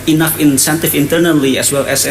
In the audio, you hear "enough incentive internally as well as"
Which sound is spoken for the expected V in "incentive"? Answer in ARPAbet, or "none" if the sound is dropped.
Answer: F